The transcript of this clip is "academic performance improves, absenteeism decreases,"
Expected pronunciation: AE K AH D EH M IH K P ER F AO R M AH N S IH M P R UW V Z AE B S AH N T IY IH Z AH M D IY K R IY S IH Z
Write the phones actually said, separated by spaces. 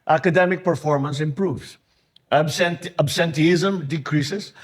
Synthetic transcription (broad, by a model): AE K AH D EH M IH K P ER F AO R M AH N S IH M P R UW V S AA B S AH N T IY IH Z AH M D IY K R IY S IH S